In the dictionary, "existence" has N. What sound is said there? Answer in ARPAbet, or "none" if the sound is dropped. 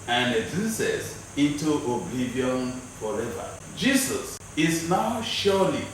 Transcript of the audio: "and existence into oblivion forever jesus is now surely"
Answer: none